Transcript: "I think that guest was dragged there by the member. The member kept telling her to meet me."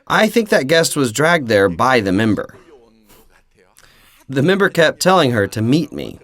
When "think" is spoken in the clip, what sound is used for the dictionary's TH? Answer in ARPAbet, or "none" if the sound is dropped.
TH